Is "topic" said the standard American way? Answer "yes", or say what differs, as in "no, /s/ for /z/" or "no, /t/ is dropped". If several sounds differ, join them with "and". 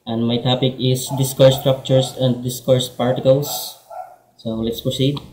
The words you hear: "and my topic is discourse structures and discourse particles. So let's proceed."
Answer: yes